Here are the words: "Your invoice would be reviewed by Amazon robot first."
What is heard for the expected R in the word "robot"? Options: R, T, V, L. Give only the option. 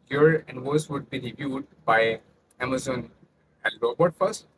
L